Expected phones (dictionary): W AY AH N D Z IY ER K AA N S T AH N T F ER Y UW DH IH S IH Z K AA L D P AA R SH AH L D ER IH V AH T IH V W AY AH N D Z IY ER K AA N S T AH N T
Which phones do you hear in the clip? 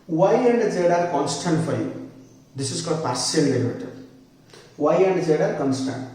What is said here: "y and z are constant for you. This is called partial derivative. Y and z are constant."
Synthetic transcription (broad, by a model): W AY AH N D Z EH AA K AA N S T AH N T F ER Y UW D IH S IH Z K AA D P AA R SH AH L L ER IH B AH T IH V W AY AH N D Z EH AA K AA N S T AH N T